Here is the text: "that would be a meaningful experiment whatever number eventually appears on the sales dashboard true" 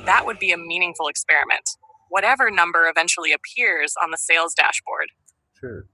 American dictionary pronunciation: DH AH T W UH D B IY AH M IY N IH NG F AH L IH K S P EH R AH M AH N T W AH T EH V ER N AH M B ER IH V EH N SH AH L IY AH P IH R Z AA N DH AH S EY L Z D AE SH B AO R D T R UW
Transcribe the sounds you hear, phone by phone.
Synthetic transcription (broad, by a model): DH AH T W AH D B IY AH M IY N IH NG F L IH K S P EH R AH M AH N T W AH T EH V ER N AH M B ER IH V EH N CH L IY AH P IH R Z N DH AH S EY L Z D AE SH B AO R D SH R